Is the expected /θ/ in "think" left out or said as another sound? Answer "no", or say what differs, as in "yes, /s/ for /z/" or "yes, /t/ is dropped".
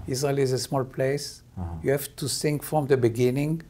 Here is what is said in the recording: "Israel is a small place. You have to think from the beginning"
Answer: yes, /s/ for /θ/